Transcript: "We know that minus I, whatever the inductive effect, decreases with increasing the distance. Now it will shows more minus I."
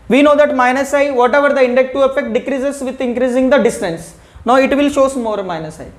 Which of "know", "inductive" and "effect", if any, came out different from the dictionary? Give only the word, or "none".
inductive